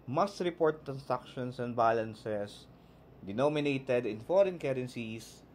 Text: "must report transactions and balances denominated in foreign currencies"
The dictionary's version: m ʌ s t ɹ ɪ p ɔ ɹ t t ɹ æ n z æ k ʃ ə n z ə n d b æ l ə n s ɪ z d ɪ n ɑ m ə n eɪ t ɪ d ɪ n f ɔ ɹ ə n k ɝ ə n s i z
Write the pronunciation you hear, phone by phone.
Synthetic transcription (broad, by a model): m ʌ s t ɹ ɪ p ɔ ɹ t t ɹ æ n s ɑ k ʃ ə n s ə n d b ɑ l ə n s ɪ s d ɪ n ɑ m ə n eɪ t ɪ d ɪ n f ɔ ɹ ə n k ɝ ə n s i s